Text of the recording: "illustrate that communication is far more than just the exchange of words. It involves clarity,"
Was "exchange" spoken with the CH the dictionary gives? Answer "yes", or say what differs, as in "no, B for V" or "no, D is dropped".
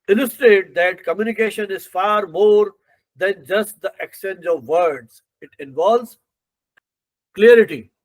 no, CH is dropped